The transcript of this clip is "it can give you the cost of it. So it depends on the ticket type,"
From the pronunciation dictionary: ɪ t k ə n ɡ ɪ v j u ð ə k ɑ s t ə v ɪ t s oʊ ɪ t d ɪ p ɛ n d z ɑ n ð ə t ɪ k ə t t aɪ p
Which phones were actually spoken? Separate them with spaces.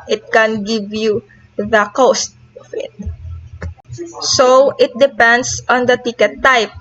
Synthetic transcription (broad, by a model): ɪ t k ə n ɡ ɪ v j u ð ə k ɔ s t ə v ɪ t s oʊ ɪ t d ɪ p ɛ n d s ɑ n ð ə t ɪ k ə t t aɪ p